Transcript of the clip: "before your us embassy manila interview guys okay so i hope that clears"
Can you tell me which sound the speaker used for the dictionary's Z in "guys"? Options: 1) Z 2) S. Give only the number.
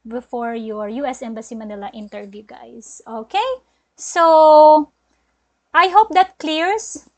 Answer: 2